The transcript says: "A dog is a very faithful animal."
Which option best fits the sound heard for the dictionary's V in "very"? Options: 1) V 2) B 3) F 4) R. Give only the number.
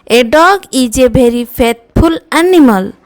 2